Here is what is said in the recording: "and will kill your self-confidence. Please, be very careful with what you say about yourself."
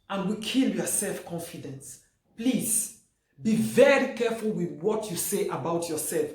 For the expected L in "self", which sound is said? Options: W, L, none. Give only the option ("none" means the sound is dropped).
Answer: L